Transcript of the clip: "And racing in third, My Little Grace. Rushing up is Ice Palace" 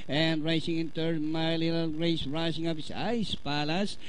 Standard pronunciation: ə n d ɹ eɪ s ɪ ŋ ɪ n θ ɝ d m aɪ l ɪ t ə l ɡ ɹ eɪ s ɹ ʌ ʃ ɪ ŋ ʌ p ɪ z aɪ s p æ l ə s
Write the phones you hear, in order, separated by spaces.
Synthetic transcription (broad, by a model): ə n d ɹ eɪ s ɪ ŋ ɪ n t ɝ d m aɪ l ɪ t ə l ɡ ɹ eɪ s ɹ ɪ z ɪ ŋ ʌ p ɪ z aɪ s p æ l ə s